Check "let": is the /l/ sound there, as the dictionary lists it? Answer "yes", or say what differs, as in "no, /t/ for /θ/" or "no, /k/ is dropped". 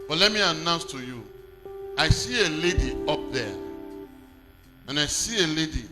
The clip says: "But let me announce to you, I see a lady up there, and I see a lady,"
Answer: yes